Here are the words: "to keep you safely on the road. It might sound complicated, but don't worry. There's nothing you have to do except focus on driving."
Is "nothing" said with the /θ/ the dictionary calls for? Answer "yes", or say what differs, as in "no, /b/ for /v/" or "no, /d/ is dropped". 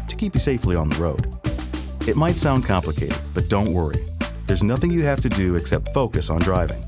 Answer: yes